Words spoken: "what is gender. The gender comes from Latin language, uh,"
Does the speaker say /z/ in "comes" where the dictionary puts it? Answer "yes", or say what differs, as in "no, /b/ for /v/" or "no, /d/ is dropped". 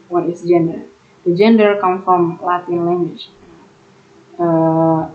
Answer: no, /z/ is dropped